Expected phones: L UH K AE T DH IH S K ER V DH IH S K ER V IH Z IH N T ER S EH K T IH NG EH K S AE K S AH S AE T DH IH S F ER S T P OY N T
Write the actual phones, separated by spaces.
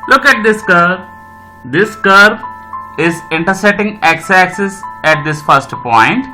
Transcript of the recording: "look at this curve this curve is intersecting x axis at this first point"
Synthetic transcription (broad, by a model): L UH K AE T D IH S K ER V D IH S K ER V IH Z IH N T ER S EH T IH NG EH K S AE K S AH S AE T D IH S F ER S T P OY N T